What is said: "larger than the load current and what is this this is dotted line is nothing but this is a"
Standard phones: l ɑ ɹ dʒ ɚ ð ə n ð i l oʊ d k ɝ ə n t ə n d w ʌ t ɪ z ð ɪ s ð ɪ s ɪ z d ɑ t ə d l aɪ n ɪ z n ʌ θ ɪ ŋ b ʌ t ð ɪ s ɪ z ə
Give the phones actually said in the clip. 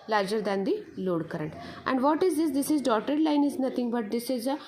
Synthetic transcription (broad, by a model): l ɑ ɹ dʒ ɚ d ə n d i l oʊ d k ɝ ə n t ə n d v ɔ t ɪ z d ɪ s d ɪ s ɪ z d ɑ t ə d l aɪ n ɪ z n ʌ t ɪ ŋ b ʌ t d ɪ s ɪ z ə